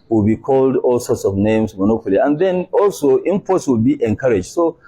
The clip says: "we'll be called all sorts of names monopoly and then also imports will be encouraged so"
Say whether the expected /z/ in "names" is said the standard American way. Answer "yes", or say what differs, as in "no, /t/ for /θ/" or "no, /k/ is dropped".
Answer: no, /s/ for /z/